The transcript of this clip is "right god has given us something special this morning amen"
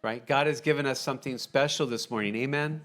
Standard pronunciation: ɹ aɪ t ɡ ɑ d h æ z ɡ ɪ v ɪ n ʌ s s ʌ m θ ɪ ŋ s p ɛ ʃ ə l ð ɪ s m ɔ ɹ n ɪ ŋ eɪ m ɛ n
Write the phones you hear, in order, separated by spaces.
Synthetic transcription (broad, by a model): ɹ aɪ t ɡ ɑ d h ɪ z ɡ ɪ v ɪ n ʌ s s ʌ m θ ɪ ŋ s p ɛ ʃ l ð ɪ s m ɔ ɹ n ɪ ŋ eɪ m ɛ n